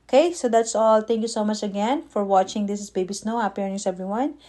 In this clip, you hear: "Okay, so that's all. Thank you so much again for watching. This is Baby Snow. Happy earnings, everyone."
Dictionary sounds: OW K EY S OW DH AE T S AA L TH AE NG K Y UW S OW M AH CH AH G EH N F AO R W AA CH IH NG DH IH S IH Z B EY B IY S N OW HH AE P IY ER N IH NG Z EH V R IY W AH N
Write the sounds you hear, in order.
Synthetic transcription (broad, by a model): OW K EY S OW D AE T S AA L T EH NG K Y UW S OW M AH CH AH G EH N F AO R W AA CH IH NG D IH S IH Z B EY B IY S N OW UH IY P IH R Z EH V R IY W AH N